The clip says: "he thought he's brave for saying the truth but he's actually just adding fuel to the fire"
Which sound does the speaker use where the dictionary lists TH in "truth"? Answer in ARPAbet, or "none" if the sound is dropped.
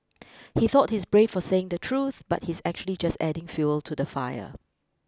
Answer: TH